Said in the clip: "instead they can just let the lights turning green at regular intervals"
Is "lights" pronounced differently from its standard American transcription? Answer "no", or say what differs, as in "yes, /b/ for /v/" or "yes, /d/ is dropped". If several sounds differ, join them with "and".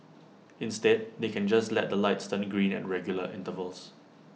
no